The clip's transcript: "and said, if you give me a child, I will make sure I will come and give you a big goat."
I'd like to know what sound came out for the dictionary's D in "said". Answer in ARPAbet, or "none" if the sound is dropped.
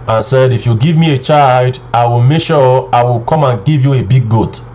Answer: D